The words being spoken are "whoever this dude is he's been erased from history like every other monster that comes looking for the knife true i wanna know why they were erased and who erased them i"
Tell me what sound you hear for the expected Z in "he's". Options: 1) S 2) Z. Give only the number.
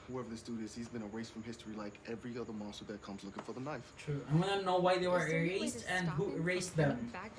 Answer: 2